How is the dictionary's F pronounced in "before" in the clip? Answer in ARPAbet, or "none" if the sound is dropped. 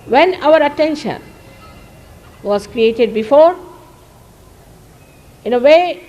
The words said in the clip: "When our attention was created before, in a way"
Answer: F